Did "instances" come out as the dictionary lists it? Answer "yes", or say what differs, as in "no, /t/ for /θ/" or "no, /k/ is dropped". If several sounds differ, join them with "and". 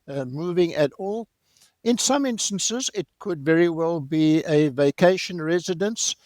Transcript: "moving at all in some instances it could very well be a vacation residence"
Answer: yes